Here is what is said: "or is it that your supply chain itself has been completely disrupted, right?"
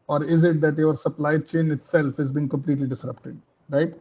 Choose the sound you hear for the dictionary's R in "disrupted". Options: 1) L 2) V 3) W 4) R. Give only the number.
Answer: 4